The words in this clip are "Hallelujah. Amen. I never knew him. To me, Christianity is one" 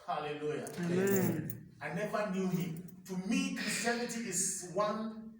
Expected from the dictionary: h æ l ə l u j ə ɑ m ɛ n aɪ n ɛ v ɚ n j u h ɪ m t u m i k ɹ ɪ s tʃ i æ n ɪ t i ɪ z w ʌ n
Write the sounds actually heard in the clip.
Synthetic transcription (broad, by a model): h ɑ l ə l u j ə ɑ ɪ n n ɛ v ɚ n j u h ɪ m t u m i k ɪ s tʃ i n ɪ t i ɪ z w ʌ n